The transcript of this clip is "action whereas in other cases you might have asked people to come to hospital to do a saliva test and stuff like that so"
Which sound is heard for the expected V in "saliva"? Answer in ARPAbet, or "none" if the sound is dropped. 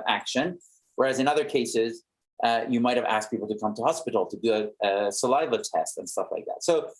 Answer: V